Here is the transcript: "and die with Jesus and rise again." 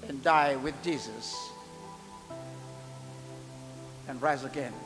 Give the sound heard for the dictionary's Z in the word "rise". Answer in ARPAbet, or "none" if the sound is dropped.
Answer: Z